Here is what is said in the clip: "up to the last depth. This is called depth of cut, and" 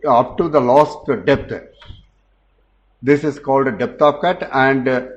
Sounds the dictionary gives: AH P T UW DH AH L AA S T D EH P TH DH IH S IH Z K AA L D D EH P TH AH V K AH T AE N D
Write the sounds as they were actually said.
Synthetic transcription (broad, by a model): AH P T UW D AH L AA S T D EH P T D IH S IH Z K AA L D D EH P T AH P K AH T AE N D